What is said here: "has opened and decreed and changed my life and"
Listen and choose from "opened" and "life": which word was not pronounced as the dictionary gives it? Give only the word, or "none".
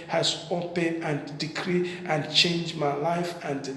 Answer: opened